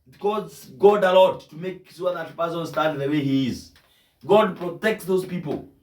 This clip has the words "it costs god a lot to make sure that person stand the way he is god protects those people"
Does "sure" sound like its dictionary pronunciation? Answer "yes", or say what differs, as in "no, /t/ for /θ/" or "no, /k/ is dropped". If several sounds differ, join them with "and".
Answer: no, /s/ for /ʃ/